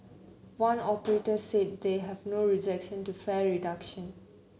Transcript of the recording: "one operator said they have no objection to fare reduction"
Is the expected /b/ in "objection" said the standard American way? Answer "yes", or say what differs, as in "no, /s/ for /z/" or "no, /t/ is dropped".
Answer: no, /b/ is dropped